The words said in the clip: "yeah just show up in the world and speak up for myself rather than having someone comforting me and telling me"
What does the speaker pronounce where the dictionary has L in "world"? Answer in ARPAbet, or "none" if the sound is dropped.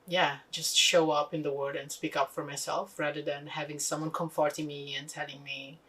none